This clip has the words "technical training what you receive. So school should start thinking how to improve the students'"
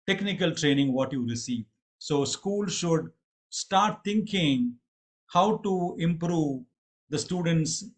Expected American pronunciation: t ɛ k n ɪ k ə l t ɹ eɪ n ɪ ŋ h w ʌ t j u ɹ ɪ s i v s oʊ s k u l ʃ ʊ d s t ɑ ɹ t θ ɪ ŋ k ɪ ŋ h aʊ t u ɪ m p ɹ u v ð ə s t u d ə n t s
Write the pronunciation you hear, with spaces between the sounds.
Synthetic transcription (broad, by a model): t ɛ k n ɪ k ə l t ɹ eɪ n ɪ ŋ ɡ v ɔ t j u ɹ ɪ s i v s oʊ s k u l ʃ ʊ d s t ɑ ɹ t t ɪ ŋ k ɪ ŋ h aʊ t u ɪ m p ɹ u v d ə s t u d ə n t s